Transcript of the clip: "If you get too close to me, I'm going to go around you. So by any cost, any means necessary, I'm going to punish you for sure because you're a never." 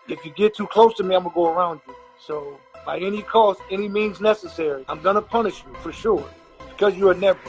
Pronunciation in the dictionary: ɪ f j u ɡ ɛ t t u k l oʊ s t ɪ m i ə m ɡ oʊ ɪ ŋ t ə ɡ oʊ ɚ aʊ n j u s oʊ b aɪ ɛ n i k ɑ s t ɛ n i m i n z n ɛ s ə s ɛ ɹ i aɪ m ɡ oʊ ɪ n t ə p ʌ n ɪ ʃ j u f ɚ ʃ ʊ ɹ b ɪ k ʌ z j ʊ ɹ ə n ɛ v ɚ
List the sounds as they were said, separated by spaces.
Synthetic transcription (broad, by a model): ɪ f j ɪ ɡ ɛ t t u k l oʊ s t ɪ m i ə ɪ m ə ɡ oʊ ɚ aʊ n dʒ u s oʊ b aɪ ɛ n i k ɑ s t ɛ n i m i n z n ɛ s ə s ɛ ɹ i aɪ m ɡ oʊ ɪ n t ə p ʌ n ɪ ʃ j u f ɚ ʃ ʊ ɹ b ɪ k ʌ z j ə n ɛ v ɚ